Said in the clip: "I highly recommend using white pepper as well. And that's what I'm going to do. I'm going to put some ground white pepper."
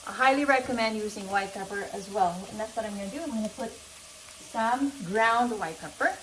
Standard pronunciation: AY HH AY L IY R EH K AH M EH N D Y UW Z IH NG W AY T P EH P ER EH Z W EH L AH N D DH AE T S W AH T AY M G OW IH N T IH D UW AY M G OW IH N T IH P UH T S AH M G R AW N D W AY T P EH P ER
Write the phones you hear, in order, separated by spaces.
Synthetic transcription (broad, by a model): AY HH AY L IY R EH K AH M EH N D Y UW Z IH NG W AY T P EH P ER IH Z W EH L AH N DH AE T S W AH T AY M G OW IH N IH D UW AY M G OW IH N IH P UH T S AH M G R AW N D W AY T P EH P ER